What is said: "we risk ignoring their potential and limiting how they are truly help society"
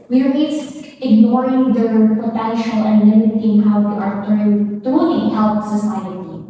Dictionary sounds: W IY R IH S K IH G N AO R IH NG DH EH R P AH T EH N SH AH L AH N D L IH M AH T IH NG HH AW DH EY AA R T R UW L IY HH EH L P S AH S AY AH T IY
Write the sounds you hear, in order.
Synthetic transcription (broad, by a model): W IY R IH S IH G N AO R IH NG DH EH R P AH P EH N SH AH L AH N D L IH M AH T IH NG HH AW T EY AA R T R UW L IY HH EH L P S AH S AY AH T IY